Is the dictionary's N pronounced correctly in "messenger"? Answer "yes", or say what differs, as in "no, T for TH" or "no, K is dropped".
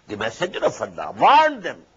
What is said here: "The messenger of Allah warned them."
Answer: no, N is dropped